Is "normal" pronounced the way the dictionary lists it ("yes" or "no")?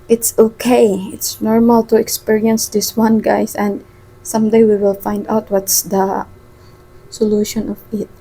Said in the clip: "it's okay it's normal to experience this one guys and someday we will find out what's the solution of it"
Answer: yes